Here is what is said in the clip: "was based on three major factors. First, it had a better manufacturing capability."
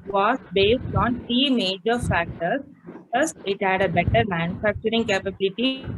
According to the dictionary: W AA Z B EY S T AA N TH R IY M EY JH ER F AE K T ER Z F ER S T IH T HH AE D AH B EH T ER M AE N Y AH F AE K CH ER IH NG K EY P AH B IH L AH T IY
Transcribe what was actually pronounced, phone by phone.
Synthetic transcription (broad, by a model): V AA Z B EY S T AA N T R IY M EY JH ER F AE K T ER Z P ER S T IH T HH AE D AH B EH T ER M AE N Y AH F AE K CH ER IH NG K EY P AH B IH L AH T IY